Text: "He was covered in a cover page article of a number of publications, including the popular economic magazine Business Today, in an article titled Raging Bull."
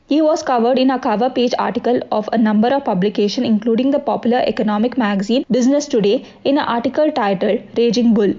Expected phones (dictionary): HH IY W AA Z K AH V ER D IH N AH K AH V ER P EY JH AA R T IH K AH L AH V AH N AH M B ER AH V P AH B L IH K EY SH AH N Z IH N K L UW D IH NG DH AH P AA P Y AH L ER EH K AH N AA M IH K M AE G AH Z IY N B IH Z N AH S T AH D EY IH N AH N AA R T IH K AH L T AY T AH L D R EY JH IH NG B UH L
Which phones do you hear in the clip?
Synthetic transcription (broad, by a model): HH IY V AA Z K AH V ER D IH N AH K AH V ER P EY JH AA R T IH K AH L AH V AH N AH M B ER AH V P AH B L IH K EY SH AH N IH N K L UW D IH NG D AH P AA P Y AH L ER EH K AH N AA M IH K M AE G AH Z IY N B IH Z N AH S T AH D EY IH N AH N AA R T IH K AH L T AY T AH L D R EY JH IH NG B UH L